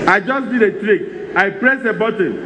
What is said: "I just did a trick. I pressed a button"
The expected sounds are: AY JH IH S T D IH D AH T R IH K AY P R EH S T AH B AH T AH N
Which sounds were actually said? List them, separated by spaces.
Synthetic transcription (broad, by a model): AY JH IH S D IH D AH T R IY K AY P R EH S AH B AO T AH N